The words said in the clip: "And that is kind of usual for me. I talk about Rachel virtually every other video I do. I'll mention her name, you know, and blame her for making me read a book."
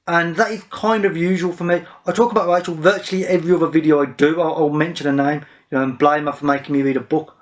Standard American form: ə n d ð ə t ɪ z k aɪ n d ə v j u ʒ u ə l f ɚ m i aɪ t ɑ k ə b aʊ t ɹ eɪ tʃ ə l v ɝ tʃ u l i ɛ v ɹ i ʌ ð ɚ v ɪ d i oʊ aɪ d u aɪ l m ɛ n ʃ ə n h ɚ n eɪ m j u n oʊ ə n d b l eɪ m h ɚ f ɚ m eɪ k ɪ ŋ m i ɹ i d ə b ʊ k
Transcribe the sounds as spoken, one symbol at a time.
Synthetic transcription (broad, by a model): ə n ð ə t ɪ z k aɪ n d ə v j u ʒ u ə l f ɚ m i aɪ t ɑ k ə b aʊ t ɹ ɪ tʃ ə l v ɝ tʃ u l i ɛ v ɹ i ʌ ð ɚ v ɪ d i oʊ aɪ d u aɪ l m ɛ n ʃ ə n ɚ n eɪ m j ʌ n oʊ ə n b l eɪ m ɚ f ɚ m eɪ k ɪ ŋ m i ɹ i d ə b ʊ k